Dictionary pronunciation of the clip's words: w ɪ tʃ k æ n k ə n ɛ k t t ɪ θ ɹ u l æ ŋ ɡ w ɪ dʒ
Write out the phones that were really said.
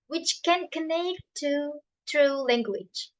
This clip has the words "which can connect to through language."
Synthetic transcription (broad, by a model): w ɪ tʃ k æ n k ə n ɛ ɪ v t ɪ t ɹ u l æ ŋ ɡ w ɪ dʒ